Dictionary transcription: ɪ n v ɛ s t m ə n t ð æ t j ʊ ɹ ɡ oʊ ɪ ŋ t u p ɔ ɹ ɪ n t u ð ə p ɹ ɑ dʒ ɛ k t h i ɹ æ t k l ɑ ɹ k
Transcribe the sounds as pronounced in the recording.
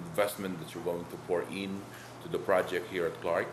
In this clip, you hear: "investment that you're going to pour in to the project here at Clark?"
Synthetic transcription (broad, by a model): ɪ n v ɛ s t m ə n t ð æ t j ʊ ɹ ɡ oʊ ɪ ŋ t u p ɔ ɹ ɪ n t u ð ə p ɹ ɑ dʒ ɛ k t h i ɹ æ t k l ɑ ɹ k